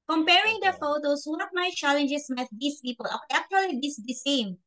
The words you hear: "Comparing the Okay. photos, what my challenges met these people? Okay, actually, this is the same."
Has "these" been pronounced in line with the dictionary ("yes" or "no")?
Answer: no